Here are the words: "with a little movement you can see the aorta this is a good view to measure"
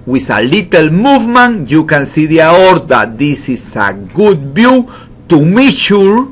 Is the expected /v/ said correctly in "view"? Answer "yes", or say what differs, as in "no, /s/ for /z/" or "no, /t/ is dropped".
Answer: no, /b/ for /v/